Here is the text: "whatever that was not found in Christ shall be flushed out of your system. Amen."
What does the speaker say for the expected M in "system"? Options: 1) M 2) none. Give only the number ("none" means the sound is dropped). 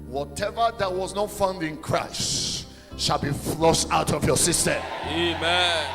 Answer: 2